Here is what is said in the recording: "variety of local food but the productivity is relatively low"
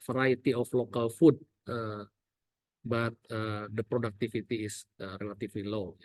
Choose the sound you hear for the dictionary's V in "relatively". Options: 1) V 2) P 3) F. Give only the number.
3